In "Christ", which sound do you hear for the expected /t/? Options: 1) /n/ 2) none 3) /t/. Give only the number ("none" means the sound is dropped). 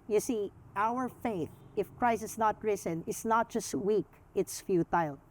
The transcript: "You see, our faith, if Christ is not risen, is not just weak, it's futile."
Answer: 2